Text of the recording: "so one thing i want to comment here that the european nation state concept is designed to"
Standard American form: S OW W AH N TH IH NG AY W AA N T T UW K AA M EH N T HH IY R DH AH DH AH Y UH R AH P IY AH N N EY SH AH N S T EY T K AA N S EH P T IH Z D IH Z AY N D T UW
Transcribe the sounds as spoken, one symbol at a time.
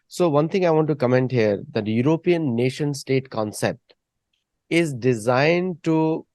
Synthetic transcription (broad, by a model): S OW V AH N T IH NG AY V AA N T T UW K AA M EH N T HH IY R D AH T Y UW R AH P IY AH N N EY SH AH N S T EY T K AA N S EH P T IH Z D IH Z AY N D T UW